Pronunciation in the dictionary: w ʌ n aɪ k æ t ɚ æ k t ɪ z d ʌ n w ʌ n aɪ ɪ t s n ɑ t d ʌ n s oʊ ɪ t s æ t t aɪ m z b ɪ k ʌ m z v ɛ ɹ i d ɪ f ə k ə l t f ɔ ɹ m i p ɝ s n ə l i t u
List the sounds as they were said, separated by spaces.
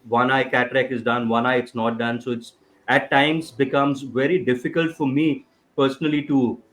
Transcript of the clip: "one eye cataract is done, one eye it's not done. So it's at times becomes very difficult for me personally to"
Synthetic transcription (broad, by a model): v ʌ n aɪ k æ t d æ k ɪ z d ʌ n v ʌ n aɪ ɪ t s n ɑ t d ʌ n s oʊ ɪ t s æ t t aɪ m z b ɪ k ʌ m z v ɛ ɹ i d ɪ f ə k ə l t f ɔ ɹ m i p ɝ s n ə l i t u